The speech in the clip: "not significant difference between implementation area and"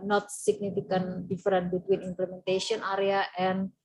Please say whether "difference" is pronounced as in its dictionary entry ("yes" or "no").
no